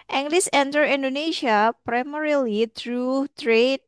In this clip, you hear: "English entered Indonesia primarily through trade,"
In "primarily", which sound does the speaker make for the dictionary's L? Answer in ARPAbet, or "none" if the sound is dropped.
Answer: L